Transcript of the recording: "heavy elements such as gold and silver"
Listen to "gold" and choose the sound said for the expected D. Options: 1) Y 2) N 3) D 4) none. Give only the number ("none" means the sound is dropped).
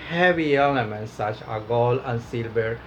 4